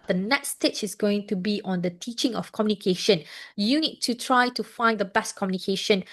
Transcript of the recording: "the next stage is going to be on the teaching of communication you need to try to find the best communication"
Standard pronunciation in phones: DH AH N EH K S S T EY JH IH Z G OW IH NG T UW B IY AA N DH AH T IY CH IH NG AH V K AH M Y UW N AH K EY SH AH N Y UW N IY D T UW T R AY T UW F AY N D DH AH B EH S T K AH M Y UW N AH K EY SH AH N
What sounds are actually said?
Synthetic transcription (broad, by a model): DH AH N EH K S S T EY CH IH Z G OW IH NG T UW B IY AA N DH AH T IY CH IH NG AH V K AH M Y UW N AH K EY SH AH N Y UW N IY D T UW T R AY T UW F AY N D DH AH B EH S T K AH M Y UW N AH K EY SH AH N